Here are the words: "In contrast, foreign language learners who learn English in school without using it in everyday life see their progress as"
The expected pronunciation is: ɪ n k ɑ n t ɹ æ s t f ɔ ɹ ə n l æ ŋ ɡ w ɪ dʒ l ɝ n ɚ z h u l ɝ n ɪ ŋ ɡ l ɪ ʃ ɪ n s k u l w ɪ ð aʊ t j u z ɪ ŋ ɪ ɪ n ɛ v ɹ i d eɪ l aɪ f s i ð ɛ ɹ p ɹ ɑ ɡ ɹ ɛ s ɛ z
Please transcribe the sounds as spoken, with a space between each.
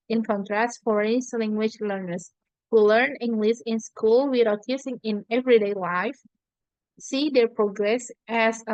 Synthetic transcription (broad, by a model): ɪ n k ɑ n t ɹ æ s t f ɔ ɹ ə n l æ ŋ ɡ w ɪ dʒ l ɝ n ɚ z h u l ɝ n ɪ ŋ ɡ l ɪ s ɪ n s k u l w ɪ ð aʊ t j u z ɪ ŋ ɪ ɪ n ɛ v ɹ i d eɪ l aɪ f s i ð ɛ ɹ p ɹ ɑ ɡ ɹ ɛ s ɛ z